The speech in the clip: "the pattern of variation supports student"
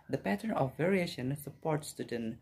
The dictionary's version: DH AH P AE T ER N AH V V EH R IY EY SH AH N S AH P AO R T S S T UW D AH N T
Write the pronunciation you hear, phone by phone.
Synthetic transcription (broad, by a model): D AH P AE T ER N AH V V EH R IY EY SH AH N S AH P AO R T S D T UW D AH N